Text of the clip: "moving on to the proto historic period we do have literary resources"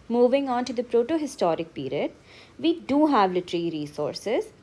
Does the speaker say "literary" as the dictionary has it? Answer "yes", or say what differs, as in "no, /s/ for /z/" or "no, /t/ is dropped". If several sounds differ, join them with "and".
no, /l/ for /ɹ/